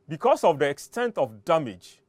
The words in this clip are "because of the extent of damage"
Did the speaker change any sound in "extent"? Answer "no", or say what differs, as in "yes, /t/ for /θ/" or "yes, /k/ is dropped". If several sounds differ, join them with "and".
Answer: no